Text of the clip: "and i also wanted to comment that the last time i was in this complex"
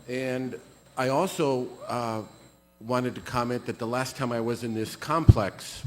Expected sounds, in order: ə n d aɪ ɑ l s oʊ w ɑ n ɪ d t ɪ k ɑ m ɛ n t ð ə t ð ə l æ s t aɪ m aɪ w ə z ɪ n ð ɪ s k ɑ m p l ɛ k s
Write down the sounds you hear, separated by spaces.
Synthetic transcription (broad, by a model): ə n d aɪ ɑ l s oʊ w ɑ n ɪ d t ɪ k ɑ m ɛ n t ð ə t ð ə l æ s t aɪ m aɪ w ə z ɪ n ð ɪ s k ɑ m p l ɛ k s